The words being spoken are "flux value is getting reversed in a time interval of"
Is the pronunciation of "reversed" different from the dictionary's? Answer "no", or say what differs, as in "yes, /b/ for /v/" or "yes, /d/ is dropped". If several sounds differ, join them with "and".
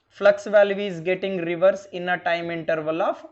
yes, /t/ is dropped